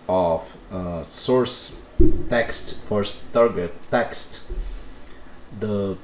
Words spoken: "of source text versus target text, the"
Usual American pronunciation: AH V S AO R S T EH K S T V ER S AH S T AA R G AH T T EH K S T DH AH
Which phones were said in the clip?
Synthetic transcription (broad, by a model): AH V S AO R S T EH K S T F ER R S T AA R G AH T T EH K S T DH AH